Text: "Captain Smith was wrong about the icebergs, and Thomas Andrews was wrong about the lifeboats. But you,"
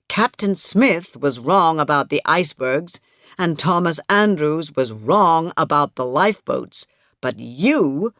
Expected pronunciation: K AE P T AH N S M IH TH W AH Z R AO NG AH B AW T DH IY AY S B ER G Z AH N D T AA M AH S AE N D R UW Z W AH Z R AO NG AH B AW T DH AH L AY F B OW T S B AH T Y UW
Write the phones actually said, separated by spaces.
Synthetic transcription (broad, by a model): K AE P T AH N S M IH TH W AH Z R AO NG AH B AW T DH IY AY S B ER G Z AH N T AA M AH S AE N D R UW Z W AH Z R AO NG AH B AW T DH AH L AY F B OW T S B AH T Y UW